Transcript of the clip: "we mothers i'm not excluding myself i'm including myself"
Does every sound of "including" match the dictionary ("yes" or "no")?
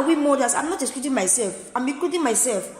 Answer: no